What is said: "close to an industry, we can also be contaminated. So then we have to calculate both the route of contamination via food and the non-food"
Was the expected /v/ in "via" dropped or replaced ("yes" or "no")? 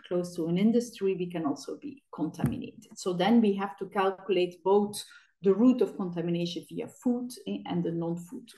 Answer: no